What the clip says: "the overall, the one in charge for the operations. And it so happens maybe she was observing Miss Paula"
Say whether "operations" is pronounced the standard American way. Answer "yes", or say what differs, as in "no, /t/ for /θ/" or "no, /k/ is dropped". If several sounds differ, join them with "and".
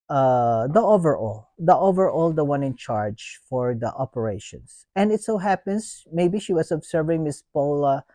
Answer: no, /s/ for /z/